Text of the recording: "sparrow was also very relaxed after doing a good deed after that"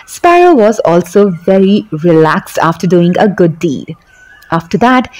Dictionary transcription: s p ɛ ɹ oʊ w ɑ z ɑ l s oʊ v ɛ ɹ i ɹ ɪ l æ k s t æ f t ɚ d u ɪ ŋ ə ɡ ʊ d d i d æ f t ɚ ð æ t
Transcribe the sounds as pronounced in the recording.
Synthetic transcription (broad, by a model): s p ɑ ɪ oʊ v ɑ z ɑ l s oʊ v ɛ ɹ i ɹ ɪ l æ k s t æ f t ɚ d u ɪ ŋ ə ɡ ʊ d d i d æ f t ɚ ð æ t